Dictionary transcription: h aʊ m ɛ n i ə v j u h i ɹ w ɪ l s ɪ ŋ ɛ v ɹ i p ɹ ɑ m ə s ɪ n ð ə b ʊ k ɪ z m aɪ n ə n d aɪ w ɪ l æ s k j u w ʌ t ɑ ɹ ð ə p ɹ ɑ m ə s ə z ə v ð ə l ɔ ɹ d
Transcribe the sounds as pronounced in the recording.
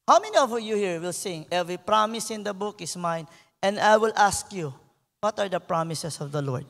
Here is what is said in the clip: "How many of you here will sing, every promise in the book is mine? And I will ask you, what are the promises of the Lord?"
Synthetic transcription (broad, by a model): h aʊ m ɛ n i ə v j u h i ɹ w ɪ l s ɪ ŋ ɛ v ɹ i p ɹ ɑ m ə s ɪ n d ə b ʊ k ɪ s m aɪ n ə n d aɪ w ɪ l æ s k j u w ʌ t ɑ ɹ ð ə p ɹ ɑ m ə s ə s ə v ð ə l ɔ ɹ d